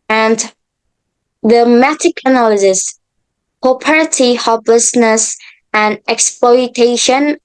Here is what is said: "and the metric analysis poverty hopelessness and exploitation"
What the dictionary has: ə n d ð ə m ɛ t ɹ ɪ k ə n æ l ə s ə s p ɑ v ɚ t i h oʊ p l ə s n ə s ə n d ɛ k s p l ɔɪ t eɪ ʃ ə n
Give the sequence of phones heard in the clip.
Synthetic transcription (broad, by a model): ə n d ð ə m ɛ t ɪ k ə n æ l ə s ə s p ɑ p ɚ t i h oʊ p l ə s n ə s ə n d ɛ k s p l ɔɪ t eɪ ʃ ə n